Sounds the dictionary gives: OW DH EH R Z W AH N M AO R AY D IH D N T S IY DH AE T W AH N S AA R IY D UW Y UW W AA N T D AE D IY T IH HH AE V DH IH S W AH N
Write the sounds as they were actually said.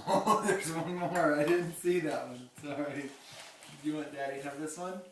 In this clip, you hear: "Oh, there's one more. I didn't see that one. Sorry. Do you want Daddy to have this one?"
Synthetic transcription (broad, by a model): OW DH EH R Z W AH N M AO R AY D IH D N T S IY DH AE T W AH N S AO IY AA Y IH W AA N D AE D IY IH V DH IH S W AH N